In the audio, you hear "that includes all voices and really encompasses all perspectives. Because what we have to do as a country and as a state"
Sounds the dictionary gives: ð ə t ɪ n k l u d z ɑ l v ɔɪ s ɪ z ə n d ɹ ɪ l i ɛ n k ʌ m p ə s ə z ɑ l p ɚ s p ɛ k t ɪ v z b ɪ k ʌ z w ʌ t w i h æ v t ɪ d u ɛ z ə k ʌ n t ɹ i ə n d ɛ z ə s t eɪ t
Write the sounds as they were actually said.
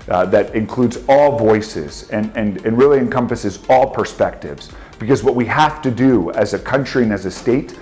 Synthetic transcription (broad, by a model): ð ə t ɪ n k l u d z ɑ l v ɔɪ s ɪ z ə n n ɹ ɪ l i ɛ n k ʌ m p ə s ə z ɑ l p ɚ s p ɛ k t ɪ v z b ɪ k ʌ z w ʌ t w i h æ f t ɪ d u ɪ z ə k ʌ n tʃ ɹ i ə n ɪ z ə s t eɪ t